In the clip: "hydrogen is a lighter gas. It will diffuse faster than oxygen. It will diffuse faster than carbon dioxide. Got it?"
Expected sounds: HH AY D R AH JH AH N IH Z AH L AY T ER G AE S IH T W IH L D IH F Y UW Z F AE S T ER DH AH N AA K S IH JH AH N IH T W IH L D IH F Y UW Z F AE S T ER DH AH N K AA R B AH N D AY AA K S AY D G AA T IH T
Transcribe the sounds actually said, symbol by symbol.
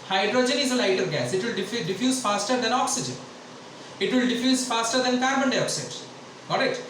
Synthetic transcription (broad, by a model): HH AY D R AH JH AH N IH Z AH L AY T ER G AE S IH T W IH L D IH F Y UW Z F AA S T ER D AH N AA K S IH JH AH N IH T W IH L D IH F Y UW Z F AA S T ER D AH N K AA R B AH N D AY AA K S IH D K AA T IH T